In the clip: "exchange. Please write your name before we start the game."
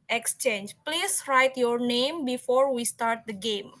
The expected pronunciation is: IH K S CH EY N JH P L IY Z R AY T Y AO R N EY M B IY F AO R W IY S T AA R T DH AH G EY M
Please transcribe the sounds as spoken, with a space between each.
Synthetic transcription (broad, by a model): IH K S CH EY N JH P L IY S R AY T Y AO R N EY M B IY F AO R W IY S T AA R T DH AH G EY M